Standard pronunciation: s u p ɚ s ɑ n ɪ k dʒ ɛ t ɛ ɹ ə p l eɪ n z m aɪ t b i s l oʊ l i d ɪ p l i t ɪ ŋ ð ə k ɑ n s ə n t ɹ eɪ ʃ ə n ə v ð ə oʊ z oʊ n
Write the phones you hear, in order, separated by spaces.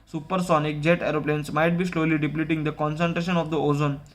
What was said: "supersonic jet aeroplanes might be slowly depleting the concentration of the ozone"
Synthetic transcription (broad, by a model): s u p ɚ s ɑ n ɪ k dʒ ɛ t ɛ ɹ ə p l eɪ n s m aɪ t b i s l oʊ l i d ɪ p l i t ɪ ŋ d ə k ɑ n s ə n t ɹ eɪ ʃ ə n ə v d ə oʊ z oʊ n